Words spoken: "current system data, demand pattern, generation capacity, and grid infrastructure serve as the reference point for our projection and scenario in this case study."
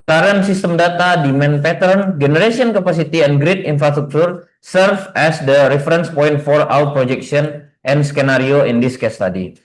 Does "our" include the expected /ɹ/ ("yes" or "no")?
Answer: no